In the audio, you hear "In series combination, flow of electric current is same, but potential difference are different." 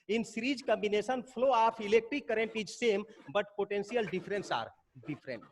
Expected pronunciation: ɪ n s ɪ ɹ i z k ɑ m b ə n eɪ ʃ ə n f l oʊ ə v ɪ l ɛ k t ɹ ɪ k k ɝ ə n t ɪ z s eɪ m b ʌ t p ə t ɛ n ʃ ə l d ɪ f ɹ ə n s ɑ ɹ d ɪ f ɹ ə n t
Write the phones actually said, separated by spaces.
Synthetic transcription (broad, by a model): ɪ n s ɹ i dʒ k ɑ m b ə n eɪ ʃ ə n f l oʊ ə p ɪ l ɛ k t ɪ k k ɝ ə n t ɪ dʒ s eɪ m b ʌ t p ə t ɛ n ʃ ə l d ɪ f ɹ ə n s ɑ ɹ d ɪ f ɹ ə n t